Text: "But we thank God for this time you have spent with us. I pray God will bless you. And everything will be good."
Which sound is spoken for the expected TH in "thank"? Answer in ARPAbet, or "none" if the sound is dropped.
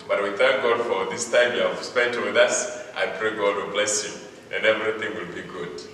TH